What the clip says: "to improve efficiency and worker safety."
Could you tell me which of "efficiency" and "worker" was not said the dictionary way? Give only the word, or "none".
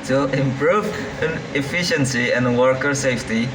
none